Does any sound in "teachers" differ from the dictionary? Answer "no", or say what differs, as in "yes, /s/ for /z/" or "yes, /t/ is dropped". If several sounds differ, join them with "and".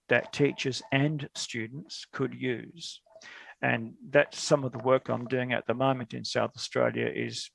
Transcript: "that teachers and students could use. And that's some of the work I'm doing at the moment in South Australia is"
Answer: no